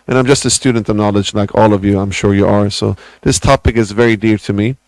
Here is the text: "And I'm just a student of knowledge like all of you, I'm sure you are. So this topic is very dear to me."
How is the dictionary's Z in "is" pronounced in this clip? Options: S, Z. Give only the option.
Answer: Z